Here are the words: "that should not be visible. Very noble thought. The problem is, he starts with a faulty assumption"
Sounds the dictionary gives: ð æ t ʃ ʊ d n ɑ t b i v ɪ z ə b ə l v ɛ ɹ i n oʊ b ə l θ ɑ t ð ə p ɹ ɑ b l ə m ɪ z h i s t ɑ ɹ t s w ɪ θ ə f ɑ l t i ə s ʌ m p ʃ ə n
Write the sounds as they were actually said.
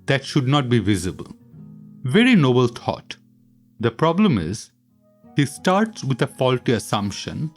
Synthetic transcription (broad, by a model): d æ t ʃ ʊ d n ɑ t b i v ɪ z ə b ə l v ɛ ɹ i n oʊ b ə l t ɑ t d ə p ɹ ɑ b l ə m ɪ z h i s t ɑ ɹ t s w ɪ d ə f ɑ l t i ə s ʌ m p ʃ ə n